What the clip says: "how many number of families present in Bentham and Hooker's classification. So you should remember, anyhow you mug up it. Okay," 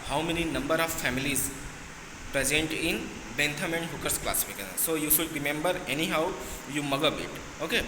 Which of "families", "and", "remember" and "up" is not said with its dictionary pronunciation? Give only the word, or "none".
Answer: up